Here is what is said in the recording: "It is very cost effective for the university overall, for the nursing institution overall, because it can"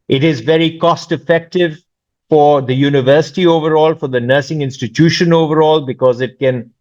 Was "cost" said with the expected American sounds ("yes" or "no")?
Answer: yes